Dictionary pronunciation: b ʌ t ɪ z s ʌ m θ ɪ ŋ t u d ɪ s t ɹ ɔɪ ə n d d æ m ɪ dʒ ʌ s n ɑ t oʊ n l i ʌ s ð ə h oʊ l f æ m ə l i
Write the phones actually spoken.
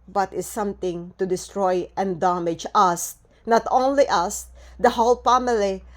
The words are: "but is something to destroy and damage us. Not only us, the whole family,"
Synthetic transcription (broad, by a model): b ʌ t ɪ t s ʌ m t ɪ ŋ t u d ɪ s t ɹ ɔɪ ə n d d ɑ m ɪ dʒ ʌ s n ɑ t oʊ n l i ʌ s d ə h oʊ l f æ m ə l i